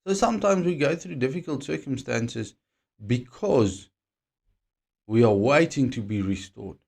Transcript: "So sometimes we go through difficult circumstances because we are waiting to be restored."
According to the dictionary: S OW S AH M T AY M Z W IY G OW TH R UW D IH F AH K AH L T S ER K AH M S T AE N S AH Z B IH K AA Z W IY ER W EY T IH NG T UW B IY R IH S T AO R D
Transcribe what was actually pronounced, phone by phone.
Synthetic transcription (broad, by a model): S OW S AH M T AY M Z W IY G OW TH R UW D IH F AH K AH L T S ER K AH M S T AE N S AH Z B IH K AA Z W IY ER W EY T IH NG T UW B IY R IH S T AO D